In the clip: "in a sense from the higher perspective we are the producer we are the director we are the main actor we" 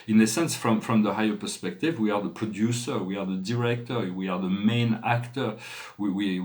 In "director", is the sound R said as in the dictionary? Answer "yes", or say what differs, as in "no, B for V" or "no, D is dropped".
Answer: yes